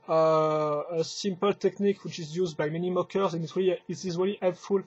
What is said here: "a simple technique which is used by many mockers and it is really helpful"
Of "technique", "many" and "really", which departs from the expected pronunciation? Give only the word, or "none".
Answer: none